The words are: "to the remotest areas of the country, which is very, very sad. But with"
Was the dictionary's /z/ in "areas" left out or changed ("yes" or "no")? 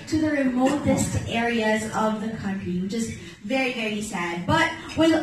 no